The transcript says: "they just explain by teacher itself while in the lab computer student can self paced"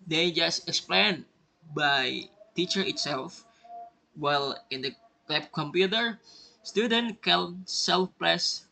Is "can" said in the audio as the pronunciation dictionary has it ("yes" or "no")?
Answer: no